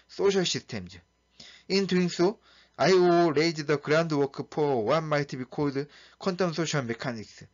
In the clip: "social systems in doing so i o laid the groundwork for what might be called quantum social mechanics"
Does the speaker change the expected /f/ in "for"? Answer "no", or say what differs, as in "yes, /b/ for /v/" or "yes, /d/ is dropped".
yes, /p/ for /f/